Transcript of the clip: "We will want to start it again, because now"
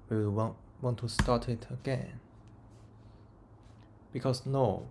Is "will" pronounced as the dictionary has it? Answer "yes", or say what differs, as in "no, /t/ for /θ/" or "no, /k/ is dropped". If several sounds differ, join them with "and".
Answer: no, /w/ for /l/